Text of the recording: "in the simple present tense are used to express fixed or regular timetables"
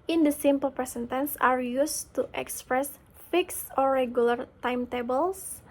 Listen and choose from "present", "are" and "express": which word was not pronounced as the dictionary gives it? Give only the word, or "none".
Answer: present